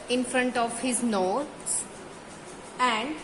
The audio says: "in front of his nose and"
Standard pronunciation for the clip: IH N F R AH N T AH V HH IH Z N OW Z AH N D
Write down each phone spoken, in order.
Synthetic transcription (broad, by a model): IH N F R AH N T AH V HH IH Z N OW S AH N D